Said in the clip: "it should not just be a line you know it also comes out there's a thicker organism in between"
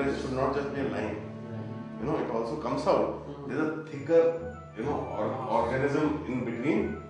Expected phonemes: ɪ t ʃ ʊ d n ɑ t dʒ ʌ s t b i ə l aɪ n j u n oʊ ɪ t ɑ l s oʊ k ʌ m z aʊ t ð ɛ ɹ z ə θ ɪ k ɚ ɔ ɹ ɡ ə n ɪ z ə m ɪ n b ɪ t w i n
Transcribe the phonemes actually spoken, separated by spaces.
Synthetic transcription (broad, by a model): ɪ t ʃ ʊ d n ɑ t dʒ ʌ s t b i ə l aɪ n j u n oʊ ɪ t ɑ l s oʊ k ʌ m s aʊ t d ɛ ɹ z ə t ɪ k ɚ ɔ ɹ ɡ ə n ɪ z ə m ɪ n b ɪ t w i n